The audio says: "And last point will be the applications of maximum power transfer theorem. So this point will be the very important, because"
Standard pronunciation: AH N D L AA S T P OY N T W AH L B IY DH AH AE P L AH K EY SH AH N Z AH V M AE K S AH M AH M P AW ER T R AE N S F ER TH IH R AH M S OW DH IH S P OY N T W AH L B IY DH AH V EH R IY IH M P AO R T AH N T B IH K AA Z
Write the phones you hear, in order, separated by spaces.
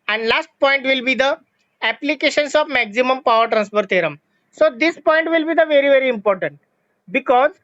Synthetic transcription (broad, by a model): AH N D L AA S T P OY N T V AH L B IY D AH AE P L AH K EY SH AH N S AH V M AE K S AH M AH M P AW ER T R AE N S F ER T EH R AH M S OW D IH S P OY N T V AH L B IY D AH V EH R IY IH M P AO R T AH N T B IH K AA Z